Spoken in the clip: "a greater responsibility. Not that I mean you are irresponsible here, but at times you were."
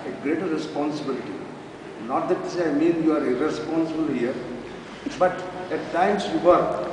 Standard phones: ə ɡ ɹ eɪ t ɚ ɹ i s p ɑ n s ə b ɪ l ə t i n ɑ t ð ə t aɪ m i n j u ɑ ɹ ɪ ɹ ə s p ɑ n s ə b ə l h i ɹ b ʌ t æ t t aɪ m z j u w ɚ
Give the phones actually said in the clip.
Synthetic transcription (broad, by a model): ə ɡ ɹ eɪ t ɚ ɹ i s p ɑ n s ə b ɪ l ə t i n ɑ t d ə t aɪ m i n j u ɑ ɹ ɪ ɹ ə s p ɑ n s ə b ə l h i ɹ b ʌ t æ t t aɪ m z j u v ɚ